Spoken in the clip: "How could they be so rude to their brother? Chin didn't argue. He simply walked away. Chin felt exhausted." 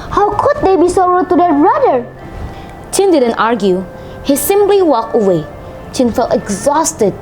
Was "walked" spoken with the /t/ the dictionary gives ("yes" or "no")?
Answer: no